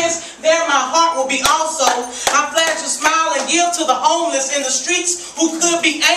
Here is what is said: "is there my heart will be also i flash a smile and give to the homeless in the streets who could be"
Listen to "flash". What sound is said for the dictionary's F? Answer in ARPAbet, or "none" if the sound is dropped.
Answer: P